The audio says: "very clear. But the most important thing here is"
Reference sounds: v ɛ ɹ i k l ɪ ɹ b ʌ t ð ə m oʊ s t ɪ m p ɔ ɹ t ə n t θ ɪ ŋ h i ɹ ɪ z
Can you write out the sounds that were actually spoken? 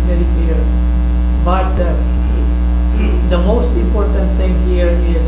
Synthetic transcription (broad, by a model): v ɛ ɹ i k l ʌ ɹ b ʌ t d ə m oʊ s t ɪ m p ɔ ɹ t ə n t t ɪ ŋ h i ɹ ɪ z